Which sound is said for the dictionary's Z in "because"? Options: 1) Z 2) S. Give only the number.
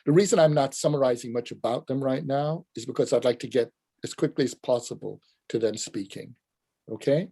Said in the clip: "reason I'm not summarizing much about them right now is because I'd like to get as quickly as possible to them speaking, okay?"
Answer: 1